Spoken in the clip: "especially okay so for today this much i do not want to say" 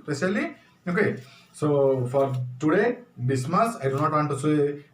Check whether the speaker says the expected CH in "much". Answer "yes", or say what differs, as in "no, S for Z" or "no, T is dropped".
no, S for CH